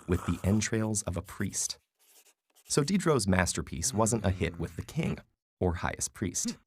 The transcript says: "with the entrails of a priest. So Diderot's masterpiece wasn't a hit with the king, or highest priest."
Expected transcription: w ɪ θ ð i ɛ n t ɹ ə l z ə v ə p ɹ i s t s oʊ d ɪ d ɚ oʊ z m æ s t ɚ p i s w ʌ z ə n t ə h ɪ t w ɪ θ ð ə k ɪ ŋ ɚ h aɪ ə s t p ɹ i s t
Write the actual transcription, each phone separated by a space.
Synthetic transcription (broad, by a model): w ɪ ð i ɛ n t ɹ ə l z ə v ə p ɹ i s t s oʊ d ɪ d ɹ oʊ z m æ s t ɚ p i s w ʌ z ə n t ə h ɪ t w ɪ ð ə k ɪ ŋ ɚ h aɪ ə s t p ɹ i s t